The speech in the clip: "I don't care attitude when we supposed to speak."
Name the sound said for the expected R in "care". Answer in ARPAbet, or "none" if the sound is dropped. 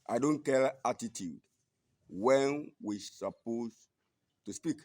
L